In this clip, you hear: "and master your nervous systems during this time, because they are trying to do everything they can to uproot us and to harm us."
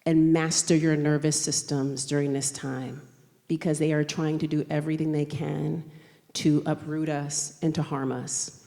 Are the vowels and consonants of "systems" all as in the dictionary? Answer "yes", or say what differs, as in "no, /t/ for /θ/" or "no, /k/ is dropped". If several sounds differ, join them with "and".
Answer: yes